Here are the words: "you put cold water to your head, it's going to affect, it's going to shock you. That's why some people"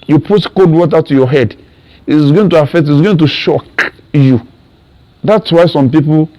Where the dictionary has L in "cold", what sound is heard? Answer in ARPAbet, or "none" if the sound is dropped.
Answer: none